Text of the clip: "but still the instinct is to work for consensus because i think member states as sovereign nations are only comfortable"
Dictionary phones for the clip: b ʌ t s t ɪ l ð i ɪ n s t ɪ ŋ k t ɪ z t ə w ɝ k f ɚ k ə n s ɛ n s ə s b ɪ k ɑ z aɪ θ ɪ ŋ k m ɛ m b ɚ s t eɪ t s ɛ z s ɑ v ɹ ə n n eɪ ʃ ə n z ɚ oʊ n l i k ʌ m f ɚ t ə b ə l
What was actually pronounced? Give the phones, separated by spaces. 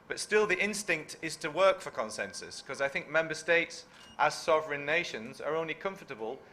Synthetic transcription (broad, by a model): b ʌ t s t ɪ l ð i ɪ n s t ɪ ŋ k t ɪ z t ə w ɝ k f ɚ k ə n s ɛ n s ə s k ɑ z aɪ θ ɪ ŋ k m ɛ m b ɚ s t eɪ t s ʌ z s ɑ v ɹ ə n n eɪ ʃ ə n z ɚ oʊ n l i k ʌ m f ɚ t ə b ə l